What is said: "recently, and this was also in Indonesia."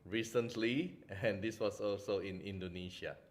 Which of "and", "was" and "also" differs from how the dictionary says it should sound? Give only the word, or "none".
was